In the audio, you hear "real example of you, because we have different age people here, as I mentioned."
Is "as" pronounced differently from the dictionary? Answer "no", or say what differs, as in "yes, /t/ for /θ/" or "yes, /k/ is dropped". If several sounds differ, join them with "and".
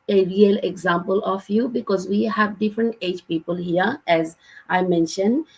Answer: no